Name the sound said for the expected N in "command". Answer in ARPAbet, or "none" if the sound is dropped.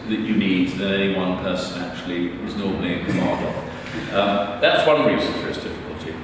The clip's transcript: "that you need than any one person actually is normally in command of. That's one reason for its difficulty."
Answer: none